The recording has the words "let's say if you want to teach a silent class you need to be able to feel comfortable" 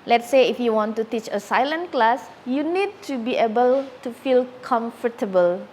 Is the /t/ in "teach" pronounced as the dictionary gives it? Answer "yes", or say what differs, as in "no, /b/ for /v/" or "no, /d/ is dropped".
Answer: yes